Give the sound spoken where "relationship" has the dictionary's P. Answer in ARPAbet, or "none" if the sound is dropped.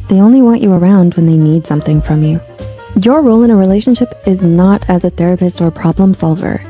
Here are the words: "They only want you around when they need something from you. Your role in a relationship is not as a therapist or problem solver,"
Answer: P